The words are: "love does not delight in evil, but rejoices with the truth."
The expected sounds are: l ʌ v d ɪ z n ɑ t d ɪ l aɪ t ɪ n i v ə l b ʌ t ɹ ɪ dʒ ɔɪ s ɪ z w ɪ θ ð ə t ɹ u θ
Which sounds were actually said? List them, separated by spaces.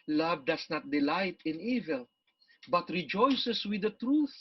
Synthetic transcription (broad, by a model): l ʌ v d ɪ s n ɑ t d ɪ l aɪ t ɪ n i v ə l b ʌ t ɹ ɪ dʒ ɔɪ s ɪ s w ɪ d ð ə t ɹ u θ